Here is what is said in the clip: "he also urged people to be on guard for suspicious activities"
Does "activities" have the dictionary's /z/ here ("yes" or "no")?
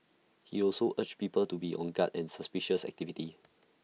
no